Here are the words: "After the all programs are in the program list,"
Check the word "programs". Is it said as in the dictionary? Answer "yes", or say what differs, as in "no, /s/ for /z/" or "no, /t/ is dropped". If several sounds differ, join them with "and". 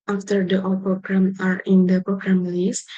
no, /z/ is dropped